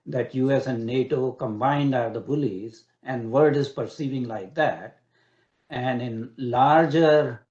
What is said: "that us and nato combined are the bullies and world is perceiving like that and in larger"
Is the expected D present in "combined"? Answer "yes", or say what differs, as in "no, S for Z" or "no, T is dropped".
yes